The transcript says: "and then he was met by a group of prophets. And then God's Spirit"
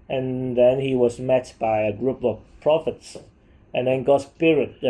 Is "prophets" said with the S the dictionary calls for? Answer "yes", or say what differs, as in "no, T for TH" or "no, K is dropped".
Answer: yes